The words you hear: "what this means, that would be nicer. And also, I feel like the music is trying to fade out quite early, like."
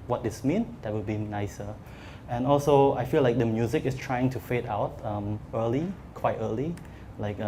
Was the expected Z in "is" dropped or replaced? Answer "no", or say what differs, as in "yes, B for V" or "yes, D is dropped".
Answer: yes, S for Z